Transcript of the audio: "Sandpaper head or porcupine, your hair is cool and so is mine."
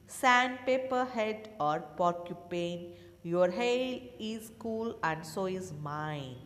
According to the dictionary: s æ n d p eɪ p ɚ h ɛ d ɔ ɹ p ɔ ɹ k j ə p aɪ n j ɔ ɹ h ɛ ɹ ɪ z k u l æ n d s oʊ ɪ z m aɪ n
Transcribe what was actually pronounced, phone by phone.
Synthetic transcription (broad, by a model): s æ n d p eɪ p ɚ h ɛ d ɔ ɹ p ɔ ɹ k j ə p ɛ n j ɔ ɹ h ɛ l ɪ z k u l æ n d s oʊ ɪ z m aɪ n